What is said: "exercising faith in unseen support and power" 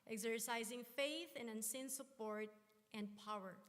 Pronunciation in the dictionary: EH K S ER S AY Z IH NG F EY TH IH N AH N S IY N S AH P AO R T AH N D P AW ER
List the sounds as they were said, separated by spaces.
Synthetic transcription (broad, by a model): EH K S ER S AY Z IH NG F EY TH IH N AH N S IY N S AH P AO R T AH N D P AW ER